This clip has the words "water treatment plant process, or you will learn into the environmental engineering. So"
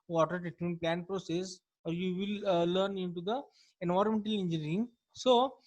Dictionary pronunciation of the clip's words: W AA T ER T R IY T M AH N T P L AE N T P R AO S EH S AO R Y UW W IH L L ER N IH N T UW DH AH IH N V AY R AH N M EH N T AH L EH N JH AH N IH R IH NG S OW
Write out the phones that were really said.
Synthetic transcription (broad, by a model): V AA T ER T IY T AH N P L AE N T P R AO S EH S AO R Y UW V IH L L ER N IH N T UW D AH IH N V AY R M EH N T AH L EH N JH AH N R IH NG S OW